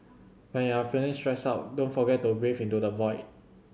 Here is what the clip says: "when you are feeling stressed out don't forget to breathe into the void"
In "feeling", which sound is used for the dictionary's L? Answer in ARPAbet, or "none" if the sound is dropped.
N